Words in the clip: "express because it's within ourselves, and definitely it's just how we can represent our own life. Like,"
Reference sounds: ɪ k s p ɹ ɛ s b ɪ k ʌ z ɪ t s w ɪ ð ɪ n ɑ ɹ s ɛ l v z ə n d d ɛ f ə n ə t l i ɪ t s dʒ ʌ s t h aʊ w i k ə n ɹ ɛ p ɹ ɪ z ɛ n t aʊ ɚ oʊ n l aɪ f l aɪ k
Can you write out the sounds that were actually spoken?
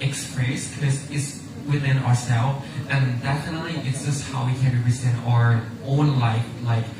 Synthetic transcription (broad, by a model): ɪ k s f ɹ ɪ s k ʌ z ɪ t s w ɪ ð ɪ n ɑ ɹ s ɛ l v ə n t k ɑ ə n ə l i ɪ t s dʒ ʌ s t h aʊ w i k ə n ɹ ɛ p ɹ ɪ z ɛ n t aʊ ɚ oʊ n l aɪ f l aɪ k